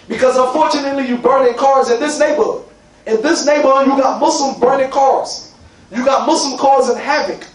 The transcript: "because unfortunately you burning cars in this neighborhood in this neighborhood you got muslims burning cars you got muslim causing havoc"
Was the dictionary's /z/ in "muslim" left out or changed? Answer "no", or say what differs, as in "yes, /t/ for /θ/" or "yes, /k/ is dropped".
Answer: yes, /s/ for /z/